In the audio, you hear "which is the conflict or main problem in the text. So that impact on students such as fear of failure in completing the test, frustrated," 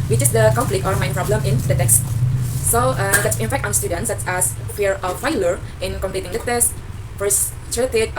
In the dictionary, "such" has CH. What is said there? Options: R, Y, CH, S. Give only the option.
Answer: S